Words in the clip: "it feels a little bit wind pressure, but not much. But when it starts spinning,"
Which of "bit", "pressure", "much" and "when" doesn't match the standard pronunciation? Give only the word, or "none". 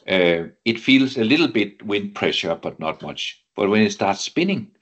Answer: none